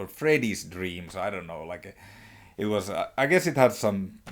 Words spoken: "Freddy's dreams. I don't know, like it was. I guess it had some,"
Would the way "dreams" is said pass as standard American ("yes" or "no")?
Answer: no